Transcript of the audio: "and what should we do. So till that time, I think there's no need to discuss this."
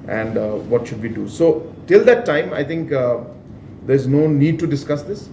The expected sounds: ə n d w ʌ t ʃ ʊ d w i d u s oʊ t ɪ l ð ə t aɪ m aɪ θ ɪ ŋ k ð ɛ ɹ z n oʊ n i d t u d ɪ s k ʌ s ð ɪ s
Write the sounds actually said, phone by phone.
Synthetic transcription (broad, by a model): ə n d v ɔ t ʃ ʊ d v i d u s oʊ t ɪ l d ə t aɪ m aɪ t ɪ ŋ k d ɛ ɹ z n oʊ n i d t u d ɪ s k ʌ s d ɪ s